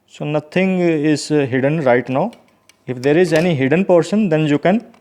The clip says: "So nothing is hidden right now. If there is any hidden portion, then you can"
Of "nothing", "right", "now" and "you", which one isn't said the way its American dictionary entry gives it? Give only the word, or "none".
nothing